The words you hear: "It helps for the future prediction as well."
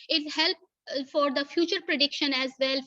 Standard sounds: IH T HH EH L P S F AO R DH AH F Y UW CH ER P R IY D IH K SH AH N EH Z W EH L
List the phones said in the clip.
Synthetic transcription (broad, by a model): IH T HH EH L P F AO R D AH F Y UW CH ER P R IY D IH K SH AH N EH Z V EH L